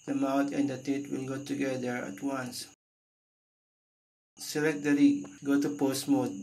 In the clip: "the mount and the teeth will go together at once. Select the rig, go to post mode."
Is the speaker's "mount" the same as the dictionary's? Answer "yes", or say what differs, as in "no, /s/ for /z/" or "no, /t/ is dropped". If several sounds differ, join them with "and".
no, /n/ is dropped